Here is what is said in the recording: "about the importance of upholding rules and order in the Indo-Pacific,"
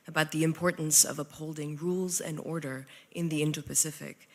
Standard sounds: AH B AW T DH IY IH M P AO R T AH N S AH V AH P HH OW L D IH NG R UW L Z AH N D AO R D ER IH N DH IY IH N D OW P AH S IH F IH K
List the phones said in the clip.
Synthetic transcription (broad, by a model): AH B AW T DH IY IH M P AO R T N S AH V AH P HH OW L D IH NG R UW L Z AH N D AO R D ER IH N DH IY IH N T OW P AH S IH F IH K